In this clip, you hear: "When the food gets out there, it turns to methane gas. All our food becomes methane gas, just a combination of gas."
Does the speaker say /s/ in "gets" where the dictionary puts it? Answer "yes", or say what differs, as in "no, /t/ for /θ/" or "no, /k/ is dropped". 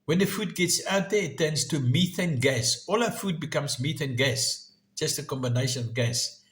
yes